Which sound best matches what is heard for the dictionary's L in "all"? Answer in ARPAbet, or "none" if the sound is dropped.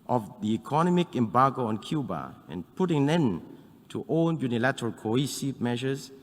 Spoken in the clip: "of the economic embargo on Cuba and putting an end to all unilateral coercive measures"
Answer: N